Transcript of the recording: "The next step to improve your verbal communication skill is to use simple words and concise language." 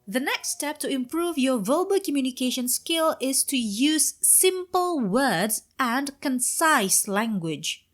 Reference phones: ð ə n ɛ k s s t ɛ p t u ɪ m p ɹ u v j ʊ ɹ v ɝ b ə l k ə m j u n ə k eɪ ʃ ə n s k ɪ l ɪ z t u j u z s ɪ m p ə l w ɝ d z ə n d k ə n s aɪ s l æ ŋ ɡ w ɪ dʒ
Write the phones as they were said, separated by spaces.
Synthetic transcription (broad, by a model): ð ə n ɛ k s s t ɛ p t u ɪ m p ɹ u v j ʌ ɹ v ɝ b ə k ə m j u n ə k eɪ ʃ ə n s k ɪ l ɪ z t u j u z s ɪ m p ə l w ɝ d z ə n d k ə n s aɪ s l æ ŋ ɡ w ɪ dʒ